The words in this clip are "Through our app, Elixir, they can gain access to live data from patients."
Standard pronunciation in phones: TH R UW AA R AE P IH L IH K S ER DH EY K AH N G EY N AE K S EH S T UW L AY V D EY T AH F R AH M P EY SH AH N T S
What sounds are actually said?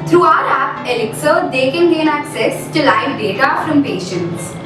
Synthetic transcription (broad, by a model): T R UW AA L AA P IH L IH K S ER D EY K AH N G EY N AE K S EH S T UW L AY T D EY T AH F R AH M P EY SH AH N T S